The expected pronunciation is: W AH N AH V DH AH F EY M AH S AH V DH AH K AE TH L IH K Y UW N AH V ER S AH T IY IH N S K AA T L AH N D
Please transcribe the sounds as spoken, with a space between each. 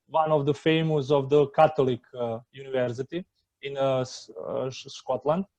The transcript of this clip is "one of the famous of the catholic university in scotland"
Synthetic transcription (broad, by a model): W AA N AH V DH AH F EY M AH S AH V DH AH K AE T L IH K Y UW N AH V ER S AH T IY IH N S K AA T L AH N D